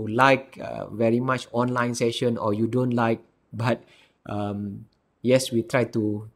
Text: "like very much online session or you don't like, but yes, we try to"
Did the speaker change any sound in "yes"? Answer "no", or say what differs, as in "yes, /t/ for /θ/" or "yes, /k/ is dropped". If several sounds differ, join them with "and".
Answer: no